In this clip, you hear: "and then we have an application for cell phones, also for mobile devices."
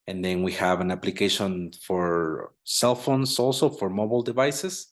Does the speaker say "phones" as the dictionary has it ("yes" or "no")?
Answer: no